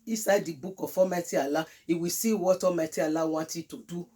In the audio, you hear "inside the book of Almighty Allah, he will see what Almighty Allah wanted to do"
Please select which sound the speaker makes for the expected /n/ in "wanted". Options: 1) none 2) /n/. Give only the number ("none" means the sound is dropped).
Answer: 1